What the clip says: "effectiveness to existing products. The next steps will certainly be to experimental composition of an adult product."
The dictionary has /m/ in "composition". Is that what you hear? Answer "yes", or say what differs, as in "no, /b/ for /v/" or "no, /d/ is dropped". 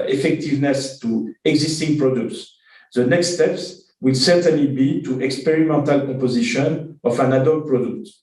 no, /m/ is dropped